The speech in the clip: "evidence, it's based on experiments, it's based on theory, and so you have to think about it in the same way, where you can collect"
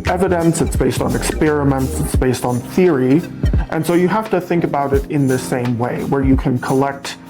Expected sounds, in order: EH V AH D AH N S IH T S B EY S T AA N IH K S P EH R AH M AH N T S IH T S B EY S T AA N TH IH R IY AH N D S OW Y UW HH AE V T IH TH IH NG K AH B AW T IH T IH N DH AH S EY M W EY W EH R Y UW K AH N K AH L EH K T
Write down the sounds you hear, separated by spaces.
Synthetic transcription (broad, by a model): EH V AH D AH N S IH T S B EY S T N IH K S P EH R AH M AH N T S IH T S B EY S T N TH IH R IY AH N S OW Y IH HH AE F T IH TH IH NG K AH B AW T IH T IH N DH AH S EY M W EY W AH R Y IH K AH N K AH L EH K T